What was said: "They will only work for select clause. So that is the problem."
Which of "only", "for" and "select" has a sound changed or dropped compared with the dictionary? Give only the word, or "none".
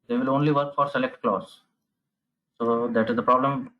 none